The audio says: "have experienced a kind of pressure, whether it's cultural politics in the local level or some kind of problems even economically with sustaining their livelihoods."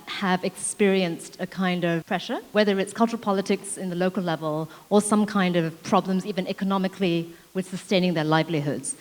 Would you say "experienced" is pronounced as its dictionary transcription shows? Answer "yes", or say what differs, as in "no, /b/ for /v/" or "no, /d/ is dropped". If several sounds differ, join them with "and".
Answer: yes